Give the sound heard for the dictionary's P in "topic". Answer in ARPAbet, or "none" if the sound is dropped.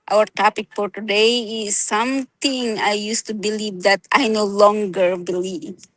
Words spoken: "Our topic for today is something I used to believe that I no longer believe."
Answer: P